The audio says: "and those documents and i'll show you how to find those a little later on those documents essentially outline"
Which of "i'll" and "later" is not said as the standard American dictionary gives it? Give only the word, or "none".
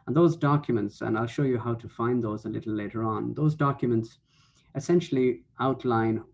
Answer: none